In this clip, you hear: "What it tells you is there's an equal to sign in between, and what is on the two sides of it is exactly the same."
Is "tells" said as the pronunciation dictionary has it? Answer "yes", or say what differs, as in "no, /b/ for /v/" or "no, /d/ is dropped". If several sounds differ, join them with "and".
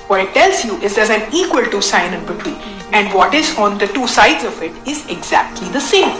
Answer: yes